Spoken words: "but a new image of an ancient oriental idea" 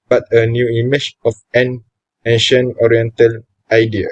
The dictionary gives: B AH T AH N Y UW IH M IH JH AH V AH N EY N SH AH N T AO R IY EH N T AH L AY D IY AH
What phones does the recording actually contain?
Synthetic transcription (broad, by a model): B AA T AH N Y UW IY M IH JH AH F AH N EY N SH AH N AO R IY EH N T AH L AY D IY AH